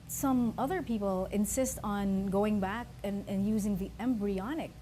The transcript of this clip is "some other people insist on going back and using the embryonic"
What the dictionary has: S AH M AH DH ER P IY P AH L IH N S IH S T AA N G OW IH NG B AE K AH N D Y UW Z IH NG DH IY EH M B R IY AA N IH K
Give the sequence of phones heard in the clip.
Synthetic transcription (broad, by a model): S AH M AH DH ER P IY P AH L IH N S IH S T N G OW IH NG B AE K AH N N Y UW Z IH NG DH IY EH M B R IY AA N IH K